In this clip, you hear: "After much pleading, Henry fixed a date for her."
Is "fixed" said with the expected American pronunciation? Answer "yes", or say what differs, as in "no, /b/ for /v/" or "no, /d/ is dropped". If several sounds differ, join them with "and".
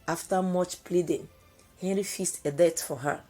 no, /k/ is dropped